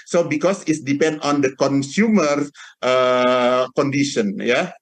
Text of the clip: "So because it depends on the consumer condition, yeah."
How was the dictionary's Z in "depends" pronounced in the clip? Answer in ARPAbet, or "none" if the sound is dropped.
none